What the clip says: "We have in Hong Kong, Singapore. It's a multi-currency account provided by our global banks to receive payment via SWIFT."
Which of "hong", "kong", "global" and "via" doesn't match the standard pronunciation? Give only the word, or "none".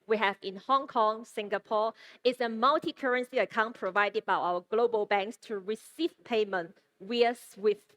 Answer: via